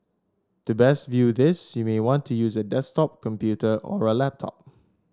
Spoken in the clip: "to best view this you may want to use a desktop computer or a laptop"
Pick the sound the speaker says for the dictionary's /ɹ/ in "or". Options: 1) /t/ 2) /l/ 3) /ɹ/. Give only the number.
3